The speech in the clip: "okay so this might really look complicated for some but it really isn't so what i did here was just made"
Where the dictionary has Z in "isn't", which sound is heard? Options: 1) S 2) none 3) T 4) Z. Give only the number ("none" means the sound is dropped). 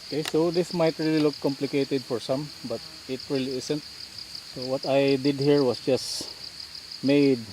1